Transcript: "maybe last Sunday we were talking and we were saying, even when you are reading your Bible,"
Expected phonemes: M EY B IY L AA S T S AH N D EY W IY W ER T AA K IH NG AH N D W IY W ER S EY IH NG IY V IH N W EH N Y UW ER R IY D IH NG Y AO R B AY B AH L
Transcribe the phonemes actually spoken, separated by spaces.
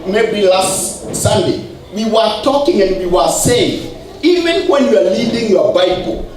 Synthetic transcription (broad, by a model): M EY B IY L AA S T S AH N D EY W IY W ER T AA K IH NG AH N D W IY W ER S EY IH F IY V IH N W EH N Y UW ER L IY D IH NG Y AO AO B AY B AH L